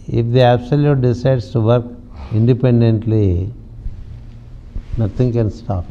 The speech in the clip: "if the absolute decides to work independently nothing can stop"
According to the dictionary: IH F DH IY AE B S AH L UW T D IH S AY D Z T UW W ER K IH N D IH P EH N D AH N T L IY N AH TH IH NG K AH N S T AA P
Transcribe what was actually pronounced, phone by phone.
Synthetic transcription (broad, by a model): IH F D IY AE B S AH L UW T D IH S AY D S T UW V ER K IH N D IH P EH N D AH N T L IY N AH T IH NG K AH N S T AA P